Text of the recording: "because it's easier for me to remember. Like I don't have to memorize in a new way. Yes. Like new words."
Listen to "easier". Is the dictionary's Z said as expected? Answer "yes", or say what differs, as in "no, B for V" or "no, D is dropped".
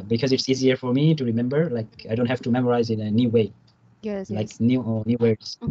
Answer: yes